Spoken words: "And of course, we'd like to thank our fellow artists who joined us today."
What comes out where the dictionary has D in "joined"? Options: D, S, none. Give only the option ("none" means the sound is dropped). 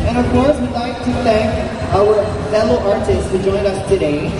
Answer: none